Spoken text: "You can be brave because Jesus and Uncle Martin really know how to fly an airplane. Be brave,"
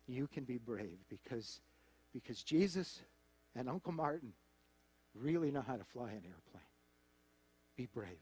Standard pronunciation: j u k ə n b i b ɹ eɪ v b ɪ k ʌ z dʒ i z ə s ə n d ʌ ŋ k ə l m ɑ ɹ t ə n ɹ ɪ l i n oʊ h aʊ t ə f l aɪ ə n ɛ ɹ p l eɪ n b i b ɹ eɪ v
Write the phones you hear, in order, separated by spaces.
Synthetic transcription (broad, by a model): j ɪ k ə n b i b ɹ eɪ v b ɪ k ʌ z dʒ i z ə s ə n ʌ ŋ k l m ɑ ɹ t n ɹ ɪ l i n oʊ h aʊ t ə f l aɪ ə n ɛ ɹ p l eɪ n b i b ɹ eɪ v